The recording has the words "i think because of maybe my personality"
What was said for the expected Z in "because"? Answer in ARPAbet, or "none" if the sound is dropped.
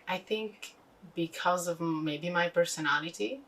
Z